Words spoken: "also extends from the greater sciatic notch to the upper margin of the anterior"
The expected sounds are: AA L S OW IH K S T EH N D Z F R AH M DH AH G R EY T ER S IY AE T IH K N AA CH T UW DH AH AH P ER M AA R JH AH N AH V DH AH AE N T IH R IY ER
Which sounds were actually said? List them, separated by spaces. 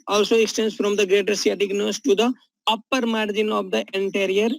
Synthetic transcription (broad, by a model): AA L S OW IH K S T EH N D S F R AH M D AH G R EY T ER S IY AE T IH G N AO S T UW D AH AH P ER M AA R JH AH N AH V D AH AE N T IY R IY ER